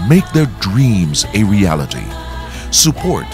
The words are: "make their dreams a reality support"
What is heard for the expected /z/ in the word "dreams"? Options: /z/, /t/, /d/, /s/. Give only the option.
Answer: /z/